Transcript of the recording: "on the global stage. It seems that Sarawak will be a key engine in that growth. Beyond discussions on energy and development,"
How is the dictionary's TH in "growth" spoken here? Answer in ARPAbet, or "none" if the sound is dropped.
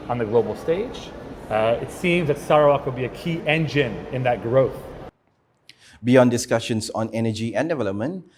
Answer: TH